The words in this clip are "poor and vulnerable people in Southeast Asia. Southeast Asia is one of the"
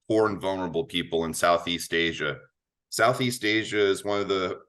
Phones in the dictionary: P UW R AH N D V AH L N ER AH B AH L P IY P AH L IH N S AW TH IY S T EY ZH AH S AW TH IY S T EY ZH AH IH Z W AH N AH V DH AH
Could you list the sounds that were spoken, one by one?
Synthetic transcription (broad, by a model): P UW R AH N V AH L N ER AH B L P IY P L IH N S AW TH IY S T EY ZH AH S AW TH IY S T EY ZH AH IH Z W AH N AH V DH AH